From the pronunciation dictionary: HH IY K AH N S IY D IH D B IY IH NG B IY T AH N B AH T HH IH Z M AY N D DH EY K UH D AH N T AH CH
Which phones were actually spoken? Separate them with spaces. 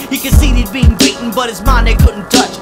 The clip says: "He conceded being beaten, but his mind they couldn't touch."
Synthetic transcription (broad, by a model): HH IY K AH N S IY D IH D B IY IH NG B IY T N B AH T HH IH Z M AY N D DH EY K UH D N T AH CH